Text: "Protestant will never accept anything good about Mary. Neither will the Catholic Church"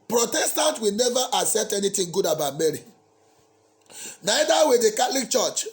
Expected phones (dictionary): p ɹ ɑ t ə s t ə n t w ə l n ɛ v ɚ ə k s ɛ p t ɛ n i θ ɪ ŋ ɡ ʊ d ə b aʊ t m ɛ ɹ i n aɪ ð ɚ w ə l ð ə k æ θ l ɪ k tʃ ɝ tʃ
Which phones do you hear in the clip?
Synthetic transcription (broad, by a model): p ɹ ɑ t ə s t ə n t w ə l n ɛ v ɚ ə s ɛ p t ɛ n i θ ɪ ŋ ɡ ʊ d ə b aʊ t m ɛ ɹ i n aɪ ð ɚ w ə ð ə k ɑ t l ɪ k tʃ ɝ tʃ